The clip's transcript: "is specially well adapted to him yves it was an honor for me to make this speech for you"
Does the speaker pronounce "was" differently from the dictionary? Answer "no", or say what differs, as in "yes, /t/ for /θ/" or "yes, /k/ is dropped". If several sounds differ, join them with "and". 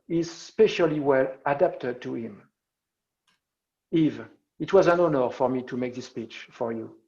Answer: no